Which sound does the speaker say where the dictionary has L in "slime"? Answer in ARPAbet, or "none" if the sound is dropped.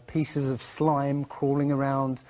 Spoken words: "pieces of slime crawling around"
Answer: L